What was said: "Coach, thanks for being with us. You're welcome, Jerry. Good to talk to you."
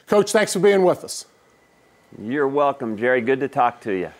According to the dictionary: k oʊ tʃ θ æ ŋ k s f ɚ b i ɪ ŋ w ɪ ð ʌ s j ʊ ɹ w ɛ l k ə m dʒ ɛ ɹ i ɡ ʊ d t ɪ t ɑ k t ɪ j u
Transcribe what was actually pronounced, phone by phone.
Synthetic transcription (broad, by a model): k oʊ tʃ θ æ ŋ k s f ɚ b i ɪ ŋ w ɪ ð ʌ s j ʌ ɹ w ɛ l k ə m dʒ ɛ ɹ i ɡ ʊ d t ɪ t ɑ k t ɪ j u